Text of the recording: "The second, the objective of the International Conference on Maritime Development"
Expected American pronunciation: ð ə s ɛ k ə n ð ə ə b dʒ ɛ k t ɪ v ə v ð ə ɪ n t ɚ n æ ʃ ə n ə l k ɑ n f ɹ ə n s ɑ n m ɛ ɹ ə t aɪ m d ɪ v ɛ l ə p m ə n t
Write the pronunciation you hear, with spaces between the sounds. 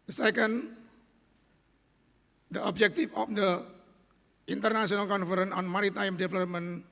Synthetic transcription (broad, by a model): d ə s ɛ k ə n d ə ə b dʒ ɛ k t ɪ f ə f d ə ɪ n t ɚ n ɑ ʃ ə n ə l k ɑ n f ɹ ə n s ɑ n m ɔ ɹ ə t aɪ m d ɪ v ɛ l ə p m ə n